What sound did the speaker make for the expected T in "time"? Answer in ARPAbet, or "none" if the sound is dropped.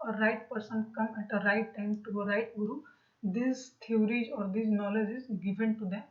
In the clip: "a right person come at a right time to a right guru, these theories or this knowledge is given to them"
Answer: T